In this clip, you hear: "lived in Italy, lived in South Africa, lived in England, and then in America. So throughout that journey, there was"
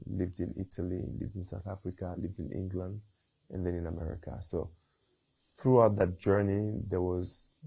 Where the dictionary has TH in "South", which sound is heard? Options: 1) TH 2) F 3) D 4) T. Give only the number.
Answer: 1